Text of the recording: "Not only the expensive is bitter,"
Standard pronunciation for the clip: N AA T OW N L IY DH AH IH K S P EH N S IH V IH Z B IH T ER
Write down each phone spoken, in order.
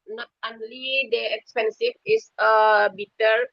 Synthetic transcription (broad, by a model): N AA T OW N L IY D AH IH K S P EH N S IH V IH S B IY T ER